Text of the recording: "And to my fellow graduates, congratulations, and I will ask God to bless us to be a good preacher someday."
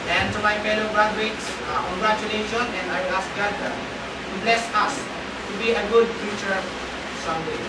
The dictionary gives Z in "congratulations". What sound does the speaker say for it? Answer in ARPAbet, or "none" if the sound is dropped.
none